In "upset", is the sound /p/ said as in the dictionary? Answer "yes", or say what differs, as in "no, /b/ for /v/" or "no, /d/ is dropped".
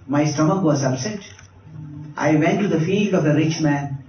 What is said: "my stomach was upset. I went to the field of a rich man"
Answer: no, /b/ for /p/